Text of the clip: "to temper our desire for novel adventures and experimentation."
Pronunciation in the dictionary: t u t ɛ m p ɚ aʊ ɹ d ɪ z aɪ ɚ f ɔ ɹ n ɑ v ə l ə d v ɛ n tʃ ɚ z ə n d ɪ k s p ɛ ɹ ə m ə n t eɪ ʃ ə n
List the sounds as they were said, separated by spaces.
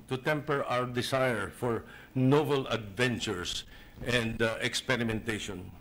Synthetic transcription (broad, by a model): t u t ɛ m p ɚ aʊ ɹ d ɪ s aɪ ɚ f ɔ ɹ n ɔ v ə l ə d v ɛ n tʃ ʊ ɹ ə n d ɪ k s p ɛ ɹ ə m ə n t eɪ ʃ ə n